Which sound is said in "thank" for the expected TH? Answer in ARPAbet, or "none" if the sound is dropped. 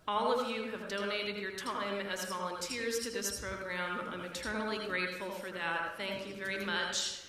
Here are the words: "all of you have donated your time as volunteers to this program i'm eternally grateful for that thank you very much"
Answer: TH